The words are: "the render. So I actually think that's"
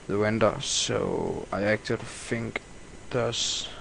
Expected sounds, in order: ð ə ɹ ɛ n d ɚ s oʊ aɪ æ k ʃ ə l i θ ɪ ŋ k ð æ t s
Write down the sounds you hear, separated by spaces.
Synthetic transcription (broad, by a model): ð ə w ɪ n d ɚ s oʊ aɪ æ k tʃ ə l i θ ɪ ŋ k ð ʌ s